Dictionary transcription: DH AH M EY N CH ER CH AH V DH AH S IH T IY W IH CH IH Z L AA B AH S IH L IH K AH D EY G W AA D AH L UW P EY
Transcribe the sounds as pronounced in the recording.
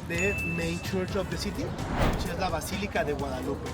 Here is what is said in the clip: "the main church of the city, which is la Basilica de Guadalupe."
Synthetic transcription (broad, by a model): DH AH M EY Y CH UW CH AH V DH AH S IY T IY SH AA IH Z L AA B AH S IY L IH K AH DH EY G W AA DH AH L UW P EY